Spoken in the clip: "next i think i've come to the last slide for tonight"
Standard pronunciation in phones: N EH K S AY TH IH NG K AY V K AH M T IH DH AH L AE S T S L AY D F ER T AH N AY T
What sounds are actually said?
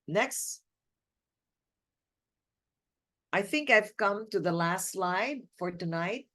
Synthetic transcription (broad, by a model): N EH K S AY TH IH NG K AY V K AH M T IH DH AH L AE S T S L AY D F ER T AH N AY T